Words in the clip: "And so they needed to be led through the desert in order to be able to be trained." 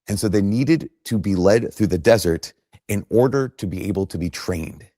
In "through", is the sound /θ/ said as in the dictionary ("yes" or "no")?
yes